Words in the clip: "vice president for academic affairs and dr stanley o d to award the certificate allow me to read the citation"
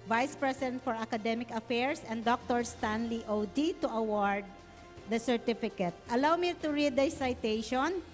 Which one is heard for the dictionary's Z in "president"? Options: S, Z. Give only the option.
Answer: S